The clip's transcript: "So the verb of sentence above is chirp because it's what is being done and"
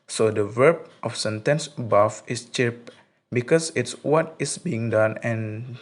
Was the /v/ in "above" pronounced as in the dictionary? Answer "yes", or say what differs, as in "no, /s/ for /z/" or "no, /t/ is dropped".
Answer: no, /f/ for /v/